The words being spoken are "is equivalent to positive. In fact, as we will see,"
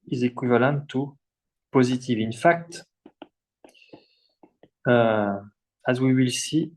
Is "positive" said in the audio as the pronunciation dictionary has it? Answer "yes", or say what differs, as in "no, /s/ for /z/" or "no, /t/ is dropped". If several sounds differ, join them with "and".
yes